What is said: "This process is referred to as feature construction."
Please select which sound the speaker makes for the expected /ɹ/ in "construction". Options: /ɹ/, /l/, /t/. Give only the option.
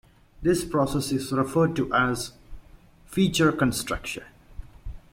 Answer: /ɹ/